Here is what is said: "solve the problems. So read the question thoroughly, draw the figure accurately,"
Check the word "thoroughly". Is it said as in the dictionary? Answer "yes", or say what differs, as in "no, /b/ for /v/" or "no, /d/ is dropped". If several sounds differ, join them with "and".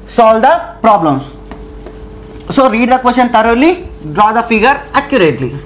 no, /t/ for /θ/